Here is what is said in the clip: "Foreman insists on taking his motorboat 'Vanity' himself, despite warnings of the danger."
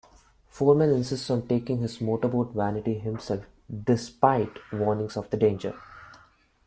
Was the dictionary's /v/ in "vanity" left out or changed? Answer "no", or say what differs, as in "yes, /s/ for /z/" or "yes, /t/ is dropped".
no